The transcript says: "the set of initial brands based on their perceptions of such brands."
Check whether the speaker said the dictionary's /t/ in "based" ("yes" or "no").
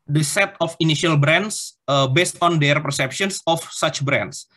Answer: yes